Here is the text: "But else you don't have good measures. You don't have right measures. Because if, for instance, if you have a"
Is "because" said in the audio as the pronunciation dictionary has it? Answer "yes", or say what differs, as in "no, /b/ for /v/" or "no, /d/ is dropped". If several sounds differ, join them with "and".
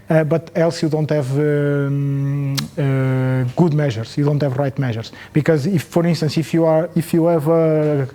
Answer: yes